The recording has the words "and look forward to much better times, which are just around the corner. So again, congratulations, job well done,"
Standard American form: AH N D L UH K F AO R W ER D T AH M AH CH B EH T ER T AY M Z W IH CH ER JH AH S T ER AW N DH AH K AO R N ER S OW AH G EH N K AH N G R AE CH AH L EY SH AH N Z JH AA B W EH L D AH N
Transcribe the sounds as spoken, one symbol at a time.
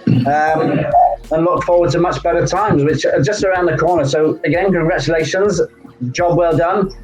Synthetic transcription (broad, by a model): AH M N L UH K F AO W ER D T AH M AH CH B EH T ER T AY M Z W IH CH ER JH AH S T ER AW N DH AH K AO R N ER S OW AH G EH N K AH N G R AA CH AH L EY SH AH N Z JH AA B W EH L D AH N